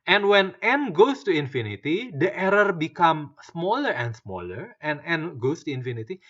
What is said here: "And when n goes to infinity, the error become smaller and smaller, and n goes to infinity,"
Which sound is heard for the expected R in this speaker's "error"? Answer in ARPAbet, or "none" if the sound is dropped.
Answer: R